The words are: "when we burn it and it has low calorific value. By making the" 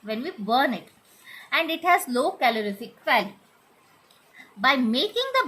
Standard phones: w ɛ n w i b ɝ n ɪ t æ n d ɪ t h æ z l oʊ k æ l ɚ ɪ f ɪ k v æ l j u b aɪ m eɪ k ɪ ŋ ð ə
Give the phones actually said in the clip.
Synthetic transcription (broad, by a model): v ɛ n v i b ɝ n ɪ t æ n d ɪ t h æ z l oʊ k æ l ɚ ɪ f ɪ k f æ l b aɪ m eɪ k ɪ ŋ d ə